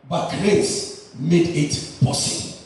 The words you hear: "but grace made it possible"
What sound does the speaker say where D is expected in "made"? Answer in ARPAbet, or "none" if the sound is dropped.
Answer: D